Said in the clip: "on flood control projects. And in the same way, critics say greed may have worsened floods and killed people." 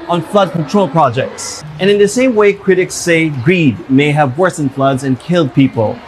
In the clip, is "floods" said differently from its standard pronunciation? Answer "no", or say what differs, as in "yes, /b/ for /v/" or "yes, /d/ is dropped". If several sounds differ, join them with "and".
no